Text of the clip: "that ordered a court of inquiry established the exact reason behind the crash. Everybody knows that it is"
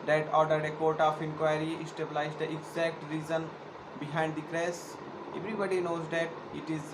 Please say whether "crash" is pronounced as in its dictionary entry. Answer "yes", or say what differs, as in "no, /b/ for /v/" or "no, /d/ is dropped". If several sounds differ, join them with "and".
no, /s/ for /ʃ/